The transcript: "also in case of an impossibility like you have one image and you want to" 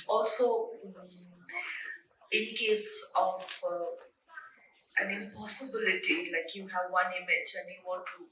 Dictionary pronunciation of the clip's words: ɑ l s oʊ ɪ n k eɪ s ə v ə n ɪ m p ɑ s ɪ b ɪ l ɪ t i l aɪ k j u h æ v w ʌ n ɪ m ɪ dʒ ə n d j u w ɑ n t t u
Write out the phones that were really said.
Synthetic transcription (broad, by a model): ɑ l s oʊ ɪ n k eɪ s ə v ə n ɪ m p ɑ s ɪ b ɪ l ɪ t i l aɪ k j u h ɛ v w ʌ n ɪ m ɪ tʃ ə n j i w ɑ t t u